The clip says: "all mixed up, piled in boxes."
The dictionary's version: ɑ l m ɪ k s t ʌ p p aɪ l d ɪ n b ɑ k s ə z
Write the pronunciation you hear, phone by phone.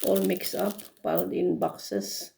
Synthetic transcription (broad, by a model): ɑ l m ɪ k s ʌ p b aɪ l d ɪ n b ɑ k s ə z